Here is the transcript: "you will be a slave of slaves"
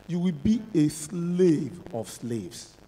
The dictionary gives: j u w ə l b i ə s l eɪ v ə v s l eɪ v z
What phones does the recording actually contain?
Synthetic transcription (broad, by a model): j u w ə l b i ə s l eɪ v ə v s l eɪ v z